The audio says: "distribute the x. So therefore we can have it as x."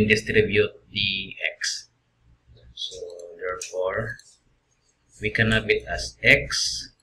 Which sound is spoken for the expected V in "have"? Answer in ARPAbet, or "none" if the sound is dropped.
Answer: B